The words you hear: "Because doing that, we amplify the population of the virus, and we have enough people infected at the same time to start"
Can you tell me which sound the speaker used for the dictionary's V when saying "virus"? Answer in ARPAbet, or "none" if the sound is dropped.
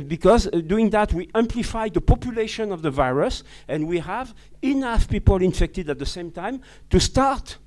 V